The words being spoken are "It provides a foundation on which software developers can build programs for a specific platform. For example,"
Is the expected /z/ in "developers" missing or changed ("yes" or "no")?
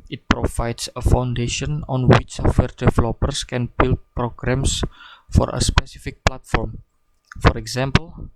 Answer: yes